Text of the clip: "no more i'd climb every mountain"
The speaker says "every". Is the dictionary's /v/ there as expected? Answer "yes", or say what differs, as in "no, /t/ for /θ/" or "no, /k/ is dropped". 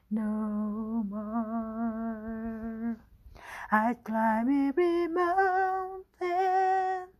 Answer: no, /v/ is dropped